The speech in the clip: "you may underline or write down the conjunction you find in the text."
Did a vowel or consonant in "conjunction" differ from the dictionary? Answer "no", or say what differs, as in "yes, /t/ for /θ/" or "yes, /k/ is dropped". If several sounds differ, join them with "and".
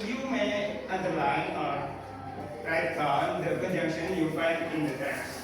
yes, /ŋ/ is dropped